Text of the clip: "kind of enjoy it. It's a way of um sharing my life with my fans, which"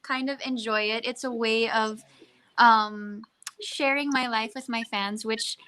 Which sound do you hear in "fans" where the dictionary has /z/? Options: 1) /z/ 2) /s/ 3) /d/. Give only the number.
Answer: 1